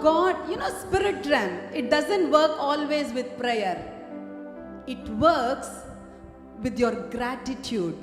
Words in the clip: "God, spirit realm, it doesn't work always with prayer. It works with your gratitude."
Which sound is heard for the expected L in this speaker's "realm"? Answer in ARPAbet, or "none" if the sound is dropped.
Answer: none